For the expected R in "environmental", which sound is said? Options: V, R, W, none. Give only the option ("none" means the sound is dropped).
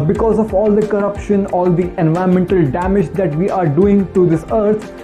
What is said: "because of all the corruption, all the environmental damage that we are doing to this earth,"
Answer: none